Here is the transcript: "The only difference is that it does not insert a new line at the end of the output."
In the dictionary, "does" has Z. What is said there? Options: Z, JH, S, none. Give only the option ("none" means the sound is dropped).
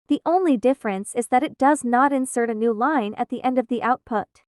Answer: Z